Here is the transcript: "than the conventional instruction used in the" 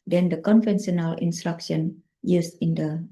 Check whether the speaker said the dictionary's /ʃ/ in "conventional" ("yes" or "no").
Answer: no